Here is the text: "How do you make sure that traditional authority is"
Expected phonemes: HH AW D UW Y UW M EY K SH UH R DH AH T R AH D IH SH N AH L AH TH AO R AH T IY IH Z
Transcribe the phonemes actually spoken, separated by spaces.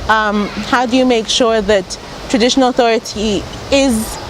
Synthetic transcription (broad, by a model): HH AW D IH Y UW M EY K SH UH R DH AH T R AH D IH SH N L AH TH AO R AH T IY IH Z